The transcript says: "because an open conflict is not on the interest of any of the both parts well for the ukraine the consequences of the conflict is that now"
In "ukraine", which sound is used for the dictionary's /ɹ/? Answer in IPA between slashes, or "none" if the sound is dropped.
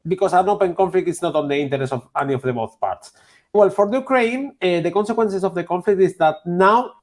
/ɹ/